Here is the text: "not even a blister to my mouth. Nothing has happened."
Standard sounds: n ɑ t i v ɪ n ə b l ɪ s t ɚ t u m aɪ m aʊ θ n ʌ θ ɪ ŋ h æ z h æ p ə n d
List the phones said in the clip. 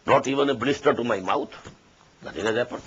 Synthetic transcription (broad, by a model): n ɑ t i v ɪ n ə b l ɪ s t ɚ t u m aɪ m aʊ t n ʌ t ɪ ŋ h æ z h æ p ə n